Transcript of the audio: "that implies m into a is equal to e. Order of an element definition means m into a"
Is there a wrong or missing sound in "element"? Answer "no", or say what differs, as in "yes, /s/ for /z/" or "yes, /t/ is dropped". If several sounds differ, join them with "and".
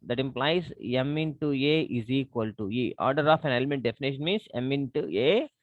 no